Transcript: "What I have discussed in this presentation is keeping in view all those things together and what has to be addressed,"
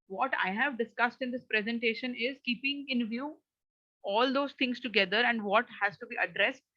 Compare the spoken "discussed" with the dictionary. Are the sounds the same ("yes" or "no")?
yes